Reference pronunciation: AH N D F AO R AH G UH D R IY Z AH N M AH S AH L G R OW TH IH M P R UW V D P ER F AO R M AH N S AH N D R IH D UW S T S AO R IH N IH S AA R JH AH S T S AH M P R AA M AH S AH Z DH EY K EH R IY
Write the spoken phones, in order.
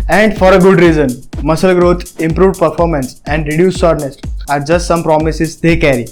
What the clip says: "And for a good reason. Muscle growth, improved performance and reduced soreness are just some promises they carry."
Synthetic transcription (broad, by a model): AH N D F AO R AH G UH D R IY Z AH N M AH S AH L G R OW T IH M P R UW V D P ER F AO R M AH N S AH N D R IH D UW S S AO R N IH S AA R JH AH S T S AH M P R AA M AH S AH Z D EY K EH R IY